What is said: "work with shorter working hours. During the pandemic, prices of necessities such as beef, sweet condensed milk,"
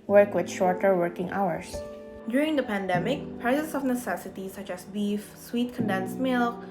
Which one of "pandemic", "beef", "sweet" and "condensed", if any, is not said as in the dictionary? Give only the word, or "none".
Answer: none